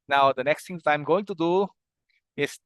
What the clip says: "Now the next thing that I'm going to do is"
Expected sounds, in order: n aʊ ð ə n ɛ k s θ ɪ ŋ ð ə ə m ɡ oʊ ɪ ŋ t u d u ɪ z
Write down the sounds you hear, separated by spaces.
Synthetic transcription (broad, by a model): n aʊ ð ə n ɛ k s t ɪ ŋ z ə ə m ɡ oʊ ɪ ŋ t u d u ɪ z